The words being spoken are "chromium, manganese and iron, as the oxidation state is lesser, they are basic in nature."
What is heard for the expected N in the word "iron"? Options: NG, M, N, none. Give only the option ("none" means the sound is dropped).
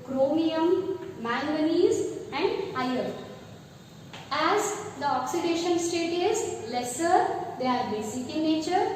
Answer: none